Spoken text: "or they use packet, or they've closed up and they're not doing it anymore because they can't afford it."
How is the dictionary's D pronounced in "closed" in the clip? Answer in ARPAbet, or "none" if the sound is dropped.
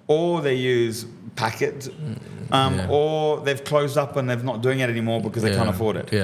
D